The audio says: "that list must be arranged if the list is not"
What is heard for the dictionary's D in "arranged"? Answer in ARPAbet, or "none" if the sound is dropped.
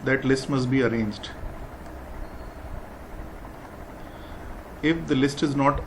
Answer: D